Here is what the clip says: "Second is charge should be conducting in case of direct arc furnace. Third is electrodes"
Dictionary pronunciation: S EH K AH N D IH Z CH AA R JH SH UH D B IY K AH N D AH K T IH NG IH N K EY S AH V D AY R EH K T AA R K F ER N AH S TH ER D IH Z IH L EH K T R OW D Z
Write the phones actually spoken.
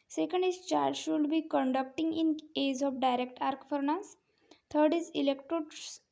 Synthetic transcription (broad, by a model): S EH K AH N D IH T CH AA R JH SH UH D B IY K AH N D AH K T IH NG IH N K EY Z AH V D AY R EH K T AA R K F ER N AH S T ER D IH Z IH L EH K T R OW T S